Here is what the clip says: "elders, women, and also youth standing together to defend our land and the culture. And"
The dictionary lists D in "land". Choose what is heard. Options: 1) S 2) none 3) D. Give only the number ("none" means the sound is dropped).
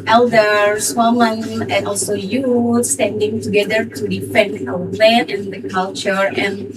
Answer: 2